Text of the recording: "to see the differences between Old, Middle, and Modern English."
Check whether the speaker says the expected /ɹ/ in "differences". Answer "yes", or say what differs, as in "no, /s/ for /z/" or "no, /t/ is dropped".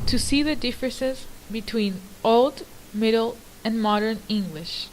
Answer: yes